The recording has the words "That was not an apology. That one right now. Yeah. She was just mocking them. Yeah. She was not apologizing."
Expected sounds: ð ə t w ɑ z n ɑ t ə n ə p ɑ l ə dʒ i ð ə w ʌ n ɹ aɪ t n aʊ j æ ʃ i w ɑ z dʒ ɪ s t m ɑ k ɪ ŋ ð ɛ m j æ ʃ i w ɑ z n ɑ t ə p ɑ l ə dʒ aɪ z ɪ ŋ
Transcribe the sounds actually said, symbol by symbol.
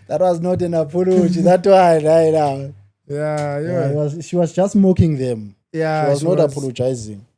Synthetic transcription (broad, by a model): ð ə t w ɑ z n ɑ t ə n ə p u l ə tʃ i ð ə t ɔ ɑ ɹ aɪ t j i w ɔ ʃ i w ɑ z dʒ ɪ s t m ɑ k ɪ ŋ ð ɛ m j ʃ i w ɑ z n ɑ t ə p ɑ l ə dʒ aɪ z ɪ ŋ